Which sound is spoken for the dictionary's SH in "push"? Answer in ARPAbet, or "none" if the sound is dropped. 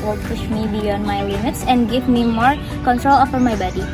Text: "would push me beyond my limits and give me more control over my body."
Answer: SH